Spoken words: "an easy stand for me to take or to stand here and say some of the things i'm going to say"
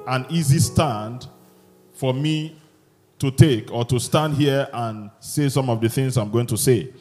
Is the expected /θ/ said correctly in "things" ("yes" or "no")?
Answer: yes